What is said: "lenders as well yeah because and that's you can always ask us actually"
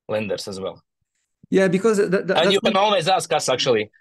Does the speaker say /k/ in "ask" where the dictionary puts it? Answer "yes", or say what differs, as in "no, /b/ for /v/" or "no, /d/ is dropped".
yes